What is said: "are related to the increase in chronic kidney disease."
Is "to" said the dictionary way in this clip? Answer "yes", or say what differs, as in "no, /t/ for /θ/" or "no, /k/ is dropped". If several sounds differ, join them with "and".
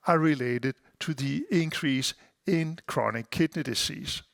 yes